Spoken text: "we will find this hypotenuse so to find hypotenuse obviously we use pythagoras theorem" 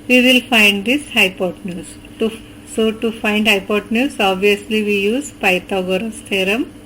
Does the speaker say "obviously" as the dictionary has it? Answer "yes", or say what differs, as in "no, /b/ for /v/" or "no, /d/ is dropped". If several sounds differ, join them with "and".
yes